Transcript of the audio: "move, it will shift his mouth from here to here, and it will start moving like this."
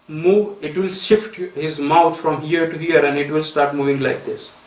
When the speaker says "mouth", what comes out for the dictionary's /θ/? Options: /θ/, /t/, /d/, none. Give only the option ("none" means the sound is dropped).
/t/